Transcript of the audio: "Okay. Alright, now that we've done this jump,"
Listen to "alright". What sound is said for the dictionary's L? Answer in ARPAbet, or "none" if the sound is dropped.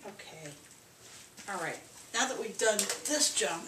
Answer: L